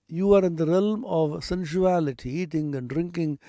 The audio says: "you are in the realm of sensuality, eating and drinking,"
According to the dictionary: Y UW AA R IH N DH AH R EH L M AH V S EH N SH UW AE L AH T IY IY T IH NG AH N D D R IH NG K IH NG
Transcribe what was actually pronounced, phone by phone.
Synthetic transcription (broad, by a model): Y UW AA R IH N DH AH R EH L M AH V S EH N SH UW AE L AH T IY IY T IH NG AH N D D R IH NG K IH NG